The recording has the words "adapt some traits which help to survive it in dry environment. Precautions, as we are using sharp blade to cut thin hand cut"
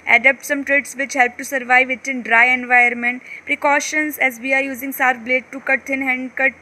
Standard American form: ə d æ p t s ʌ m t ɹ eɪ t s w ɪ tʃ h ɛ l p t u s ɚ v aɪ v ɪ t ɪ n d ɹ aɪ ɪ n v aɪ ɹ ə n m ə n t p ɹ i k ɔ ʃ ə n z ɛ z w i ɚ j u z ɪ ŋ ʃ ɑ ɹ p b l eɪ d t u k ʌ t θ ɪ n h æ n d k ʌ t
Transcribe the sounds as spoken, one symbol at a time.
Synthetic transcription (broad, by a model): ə d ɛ p t s ʌ m t ɹ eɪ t s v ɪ tʃ h ɛ l p t u s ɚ v aɪ v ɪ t ɪ n d ɹ aɪ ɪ n v aɪ ə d m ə n t p ɹ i k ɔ ʃ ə n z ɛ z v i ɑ j u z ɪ ŋ s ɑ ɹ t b l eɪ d t u k ʌ t t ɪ n h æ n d k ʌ t